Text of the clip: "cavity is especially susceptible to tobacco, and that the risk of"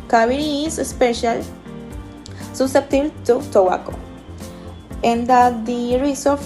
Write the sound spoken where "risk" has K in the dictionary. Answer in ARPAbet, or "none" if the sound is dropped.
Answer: none